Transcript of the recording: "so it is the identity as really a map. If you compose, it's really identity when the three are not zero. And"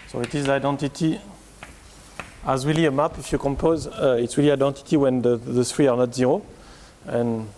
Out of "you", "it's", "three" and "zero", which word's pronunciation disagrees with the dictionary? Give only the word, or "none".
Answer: three